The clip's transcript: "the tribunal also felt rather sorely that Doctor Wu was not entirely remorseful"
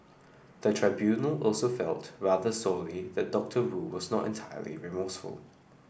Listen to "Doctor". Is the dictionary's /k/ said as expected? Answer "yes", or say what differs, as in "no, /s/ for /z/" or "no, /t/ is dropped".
yes